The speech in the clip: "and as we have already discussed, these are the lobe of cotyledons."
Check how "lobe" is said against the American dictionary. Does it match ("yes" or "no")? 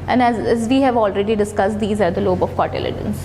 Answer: yes